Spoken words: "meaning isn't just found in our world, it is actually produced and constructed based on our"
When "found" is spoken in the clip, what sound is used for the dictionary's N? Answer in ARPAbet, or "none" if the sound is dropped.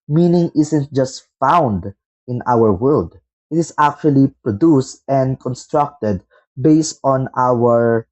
N